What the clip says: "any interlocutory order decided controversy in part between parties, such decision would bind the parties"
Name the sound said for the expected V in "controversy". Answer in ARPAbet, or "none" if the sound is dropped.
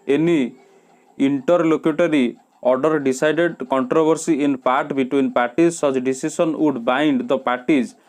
B